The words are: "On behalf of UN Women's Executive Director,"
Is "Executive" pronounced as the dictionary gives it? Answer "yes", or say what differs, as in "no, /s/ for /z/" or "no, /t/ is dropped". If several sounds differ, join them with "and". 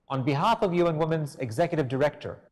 yes